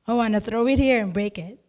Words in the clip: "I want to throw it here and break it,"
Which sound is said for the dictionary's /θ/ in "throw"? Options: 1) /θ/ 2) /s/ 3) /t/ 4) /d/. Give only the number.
1